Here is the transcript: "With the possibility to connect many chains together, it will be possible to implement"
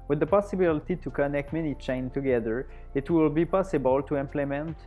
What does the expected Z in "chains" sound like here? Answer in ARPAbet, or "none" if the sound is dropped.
none